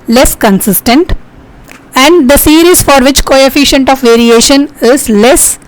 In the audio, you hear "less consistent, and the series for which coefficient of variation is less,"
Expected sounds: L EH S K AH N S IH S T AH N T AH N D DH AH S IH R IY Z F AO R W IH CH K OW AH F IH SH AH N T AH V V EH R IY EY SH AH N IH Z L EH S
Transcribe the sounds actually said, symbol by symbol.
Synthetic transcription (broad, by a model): L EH S K AH N S IH S T AH N T AH N D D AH S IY R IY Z F AO R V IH CH K OW AH F IH SH AH N T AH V V EH R IY EY SH AH N IH Z L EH S